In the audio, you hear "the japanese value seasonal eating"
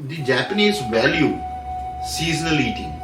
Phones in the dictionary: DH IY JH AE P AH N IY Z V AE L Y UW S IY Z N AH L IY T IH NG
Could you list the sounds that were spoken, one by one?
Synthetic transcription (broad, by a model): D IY JH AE P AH N IY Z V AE L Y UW S IY Z N AH L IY T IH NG